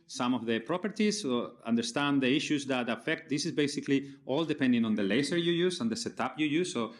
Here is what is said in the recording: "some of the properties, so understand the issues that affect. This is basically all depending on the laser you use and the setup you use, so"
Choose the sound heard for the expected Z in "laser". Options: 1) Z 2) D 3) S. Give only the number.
3